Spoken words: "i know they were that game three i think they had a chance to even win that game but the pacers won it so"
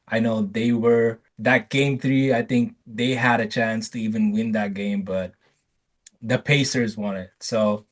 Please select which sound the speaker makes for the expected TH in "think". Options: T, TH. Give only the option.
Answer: TH